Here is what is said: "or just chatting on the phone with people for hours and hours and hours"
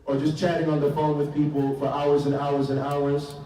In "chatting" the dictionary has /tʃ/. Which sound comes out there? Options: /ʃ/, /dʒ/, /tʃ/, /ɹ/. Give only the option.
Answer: /tʃ/